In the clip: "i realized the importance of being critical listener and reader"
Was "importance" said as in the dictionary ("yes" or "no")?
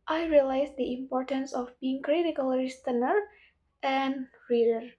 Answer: yes